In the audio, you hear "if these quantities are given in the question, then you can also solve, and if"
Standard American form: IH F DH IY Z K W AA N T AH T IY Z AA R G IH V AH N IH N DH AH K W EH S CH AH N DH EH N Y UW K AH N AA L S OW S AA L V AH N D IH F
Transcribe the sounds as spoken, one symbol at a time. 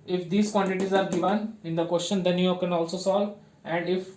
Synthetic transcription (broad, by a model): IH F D IY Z K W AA N T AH T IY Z AA R G IH V AH N IH N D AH K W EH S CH AH N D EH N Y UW K AH N AA L S OW S AA L V AH N D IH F